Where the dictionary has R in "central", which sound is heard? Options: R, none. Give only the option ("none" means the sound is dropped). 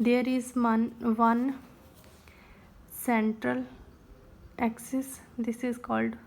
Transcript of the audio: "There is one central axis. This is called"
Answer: R